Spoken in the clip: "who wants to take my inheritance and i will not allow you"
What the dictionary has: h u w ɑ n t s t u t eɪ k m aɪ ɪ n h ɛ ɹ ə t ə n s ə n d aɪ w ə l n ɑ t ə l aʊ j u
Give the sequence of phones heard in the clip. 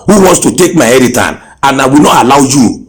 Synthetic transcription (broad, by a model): h u w ɑ n t s t u t eɪ k m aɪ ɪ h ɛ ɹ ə t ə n ə n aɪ w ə n ɑ t ə l aʊ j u